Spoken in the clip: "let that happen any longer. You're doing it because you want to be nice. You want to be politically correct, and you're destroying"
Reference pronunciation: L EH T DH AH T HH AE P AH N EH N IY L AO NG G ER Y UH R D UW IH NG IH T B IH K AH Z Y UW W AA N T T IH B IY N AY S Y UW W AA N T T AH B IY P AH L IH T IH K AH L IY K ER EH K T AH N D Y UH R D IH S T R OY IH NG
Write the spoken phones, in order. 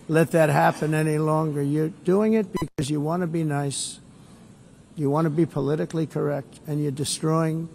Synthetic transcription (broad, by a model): L EH T DH AH T HH AE P AH N EH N IY L AO NG G ER Y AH R D UW IH NG IH T B IH K AH Z Y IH W AA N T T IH B IY N AY S Y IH W AA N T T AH B IY P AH L IH T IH K L IY K ER EH K T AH N Y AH R D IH S T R OY IH NG